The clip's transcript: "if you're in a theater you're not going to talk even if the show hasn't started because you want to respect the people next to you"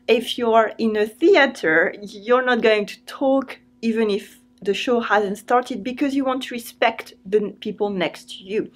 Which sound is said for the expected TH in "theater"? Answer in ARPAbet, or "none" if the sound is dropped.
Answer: TH